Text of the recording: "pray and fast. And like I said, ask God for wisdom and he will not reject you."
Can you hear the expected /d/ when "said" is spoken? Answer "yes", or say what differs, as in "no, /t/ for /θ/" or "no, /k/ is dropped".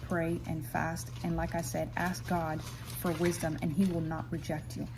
yes